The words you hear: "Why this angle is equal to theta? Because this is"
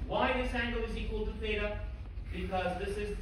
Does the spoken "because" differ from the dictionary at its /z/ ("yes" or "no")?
no